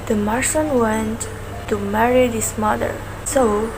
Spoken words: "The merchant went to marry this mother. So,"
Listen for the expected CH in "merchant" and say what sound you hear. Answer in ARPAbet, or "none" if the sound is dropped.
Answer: S